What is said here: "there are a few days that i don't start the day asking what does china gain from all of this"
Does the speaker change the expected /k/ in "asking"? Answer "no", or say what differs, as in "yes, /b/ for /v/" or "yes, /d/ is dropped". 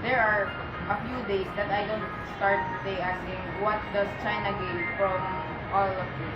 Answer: yes, /k/ is dropped